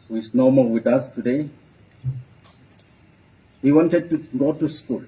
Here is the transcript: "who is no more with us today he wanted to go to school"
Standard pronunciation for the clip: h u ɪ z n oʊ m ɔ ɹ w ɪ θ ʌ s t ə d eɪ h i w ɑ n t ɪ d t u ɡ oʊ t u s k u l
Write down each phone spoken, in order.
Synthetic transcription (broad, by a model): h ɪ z n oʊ m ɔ l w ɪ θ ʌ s t ə d eɪ h i w ɑ n t ɪ d t u ɡ oʊ t u s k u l